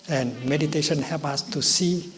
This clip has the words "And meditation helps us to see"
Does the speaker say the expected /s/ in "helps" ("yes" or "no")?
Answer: no